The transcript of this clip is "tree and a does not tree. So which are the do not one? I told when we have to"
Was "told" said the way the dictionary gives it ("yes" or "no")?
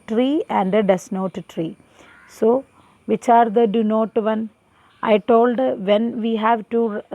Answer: yes